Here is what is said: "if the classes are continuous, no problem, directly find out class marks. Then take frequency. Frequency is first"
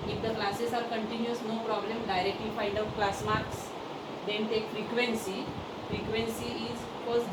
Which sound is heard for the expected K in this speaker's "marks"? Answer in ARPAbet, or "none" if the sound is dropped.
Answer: K